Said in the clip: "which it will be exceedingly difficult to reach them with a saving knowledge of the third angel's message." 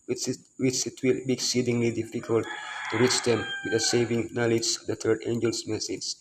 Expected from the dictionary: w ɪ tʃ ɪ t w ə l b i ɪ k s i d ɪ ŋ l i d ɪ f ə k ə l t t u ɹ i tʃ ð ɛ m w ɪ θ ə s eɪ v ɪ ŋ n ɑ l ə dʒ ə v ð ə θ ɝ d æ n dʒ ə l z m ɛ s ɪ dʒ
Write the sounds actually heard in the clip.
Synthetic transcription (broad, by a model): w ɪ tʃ ɪ t w ə l b i ɪ k s i d ɪ ŋ l i d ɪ f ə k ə l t t u ɹ i tʃ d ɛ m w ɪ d ə s eɪ v ɪ ŋ n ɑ l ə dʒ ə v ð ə t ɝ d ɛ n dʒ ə l s m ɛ s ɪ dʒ